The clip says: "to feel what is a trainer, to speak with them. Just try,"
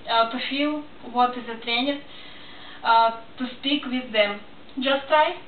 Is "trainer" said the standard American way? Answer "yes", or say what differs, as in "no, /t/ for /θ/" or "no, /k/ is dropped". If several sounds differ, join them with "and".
yes